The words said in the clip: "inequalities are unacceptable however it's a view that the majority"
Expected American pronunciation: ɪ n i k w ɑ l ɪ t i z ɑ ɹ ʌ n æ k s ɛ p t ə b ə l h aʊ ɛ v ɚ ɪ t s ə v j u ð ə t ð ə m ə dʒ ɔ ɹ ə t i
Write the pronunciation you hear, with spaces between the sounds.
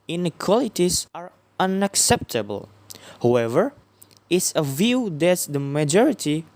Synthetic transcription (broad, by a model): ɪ n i k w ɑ l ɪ t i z ɑ ɹ ʌ n æ k s ɛ p t ə b ə l h aʊ ɛ v ɚ ɪ t s ə v j u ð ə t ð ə m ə dʒ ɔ ɹ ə t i